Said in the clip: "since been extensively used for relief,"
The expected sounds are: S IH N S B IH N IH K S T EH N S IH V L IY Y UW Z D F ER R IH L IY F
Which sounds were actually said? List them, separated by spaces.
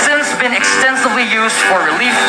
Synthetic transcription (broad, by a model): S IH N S B IH N IH K S T EH N S IH V L IY Y UW Z D F ER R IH L IY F